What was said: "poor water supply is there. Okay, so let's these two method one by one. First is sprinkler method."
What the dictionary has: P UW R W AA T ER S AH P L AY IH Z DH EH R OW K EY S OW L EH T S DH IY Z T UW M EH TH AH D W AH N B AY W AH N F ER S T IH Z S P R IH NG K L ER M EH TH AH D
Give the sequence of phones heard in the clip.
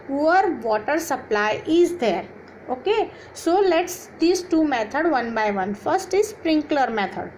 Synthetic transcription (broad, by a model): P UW R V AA T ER S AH P L AY IH Z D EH R OW K EY S OW L EH T S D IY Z T UW M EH T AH D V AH N B AY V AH N F ER S T IH Z S P R IH NG K L ER M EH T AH D